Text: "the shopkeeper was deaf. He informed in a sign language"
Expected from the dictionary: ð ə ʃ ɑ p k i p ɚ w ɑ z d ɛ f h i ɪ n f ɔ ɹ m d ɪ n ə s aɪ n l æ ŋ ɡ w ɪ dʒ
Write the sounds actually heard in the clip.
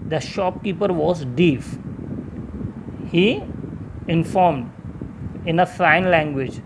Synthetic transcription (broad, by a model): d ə ʃ ɑ p k i p ɚ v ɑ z d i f h i ɪ n f ɔ ɹ m d ɪ n ə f aɪ n l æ ŋ ɡ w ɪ dʒ